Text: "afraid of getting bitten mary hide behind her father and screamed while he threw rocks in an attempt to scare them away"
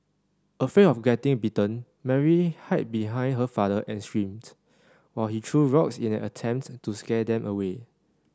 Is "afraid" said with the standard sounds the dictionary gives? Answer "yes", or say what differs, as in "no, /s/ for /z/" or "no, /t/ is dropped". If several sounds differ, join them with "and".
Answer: no, /d/ is dropped